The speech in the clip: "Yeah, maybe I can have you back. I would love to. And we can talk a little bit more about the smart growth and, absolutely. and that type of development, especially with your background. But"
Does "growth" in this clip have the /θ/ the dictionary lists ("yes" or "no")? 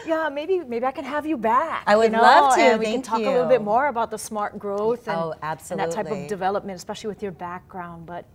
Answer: yes